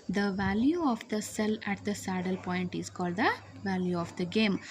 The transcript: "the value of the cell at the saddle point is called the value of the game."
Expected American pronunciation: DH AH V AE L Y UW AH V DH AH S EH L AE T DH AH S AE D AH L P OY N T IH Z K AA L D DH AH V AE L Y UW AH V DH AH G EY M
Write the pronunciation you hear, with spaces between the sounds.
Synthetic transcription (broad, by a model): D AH V AE L Y UW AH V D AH S EH L AE T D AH S AE D AH L P OY N T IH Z K AA L D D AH V AE L Y UW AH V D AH G EY M